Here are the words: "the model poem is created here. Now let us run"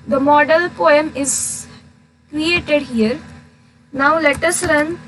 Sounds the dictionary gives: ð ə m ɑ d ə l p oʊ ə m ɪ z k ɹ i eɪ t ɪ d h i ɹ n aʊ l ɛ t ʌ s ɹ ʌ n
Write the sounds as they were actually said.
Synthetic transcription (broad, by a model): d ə m ɑ d ə l p oʊ ə m ɪ z k ɹ i eɪ t ɪ d h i ɹ n aʊ l ɛ t ʌ s ɹ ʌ n